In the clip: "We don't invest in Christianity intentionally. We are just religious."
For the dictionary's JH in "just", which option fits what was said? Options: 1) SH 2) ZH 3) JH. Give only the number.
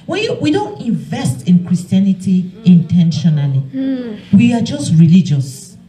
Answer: 3